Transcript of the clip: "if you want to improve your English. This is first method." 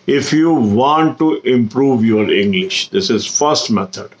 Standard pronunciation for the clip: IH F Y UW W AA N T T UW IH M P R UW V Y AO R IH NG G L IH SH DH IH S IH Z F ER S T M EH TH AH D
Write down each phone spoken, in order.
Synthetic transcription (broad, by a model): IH F Y UW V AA N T T UW IH M P R UW V Y AO R IH NG G L IH SH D IH S IH Z F ER S T M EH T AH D